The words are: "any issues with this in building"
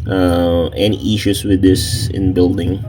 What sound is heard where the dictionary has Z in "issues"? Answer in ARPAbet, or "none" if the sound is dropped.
S